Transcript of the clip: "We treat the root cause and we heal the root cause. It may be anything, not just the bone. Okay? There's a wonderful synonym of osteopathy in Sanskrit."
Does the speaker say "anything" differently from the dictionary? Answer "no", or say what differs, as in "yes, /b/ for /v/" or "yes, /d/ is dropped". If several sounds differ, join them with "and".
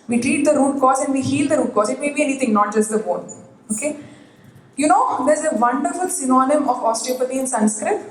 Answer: yes, /t/ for /θ/